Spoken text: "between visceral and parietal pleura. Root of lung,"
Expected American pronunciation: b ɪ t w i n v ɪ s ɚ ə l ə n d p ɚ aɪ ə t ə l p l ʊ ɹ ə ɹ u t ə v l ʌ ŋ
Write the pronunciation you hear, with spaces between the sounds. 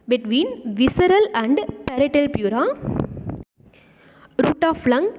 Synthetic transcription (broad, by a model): b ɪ t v i n v ɪ s ɚ ə l ə n d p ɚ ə t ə l p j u ɹ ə ɹ u t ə f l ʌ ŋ